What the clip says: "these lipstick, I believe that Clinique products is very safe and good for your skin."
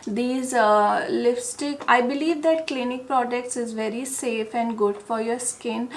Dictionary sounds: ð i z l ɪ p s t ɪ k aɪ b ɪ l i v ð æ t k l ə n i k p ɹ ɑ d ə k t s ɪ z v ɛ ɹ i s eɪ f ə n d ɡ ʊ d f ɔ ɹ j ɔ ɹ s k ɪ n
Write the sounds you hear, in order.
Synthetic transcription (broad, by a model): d i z l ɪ f s t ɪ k aɪ b ɪ l i v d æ t k l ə n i k p ɹ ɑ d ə k t s ɪ z v ɛ ɹ i s eɪ f ə n d ɡ ʊ d f ɔ ɹ j ɔ ɹ s k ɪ n